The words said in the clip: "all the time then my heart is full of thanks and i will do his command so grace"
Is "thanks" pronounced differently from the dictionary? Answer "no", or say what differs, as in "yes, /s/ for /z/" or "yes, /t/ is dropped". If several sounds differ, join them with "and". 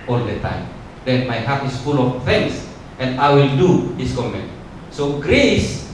yes, /k/ is dropped